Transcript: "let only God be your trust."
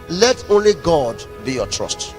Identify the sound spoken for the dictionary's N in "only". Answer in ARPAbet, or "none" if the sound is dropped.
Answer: N